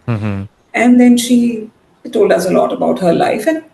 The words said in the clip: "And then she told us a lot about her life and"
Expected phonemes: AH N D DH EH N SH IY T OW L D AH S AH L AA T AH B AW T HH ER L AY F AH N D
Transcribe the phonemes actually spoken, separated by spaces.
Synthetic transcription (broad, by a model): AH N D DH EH N SH IY T OW L D AH S AH L AA T AH B AW T HH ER L AY F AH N